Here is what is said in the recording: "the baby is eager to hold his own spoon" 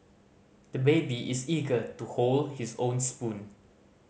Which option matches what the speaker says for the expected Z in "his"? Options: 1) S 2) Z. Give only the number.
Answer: 1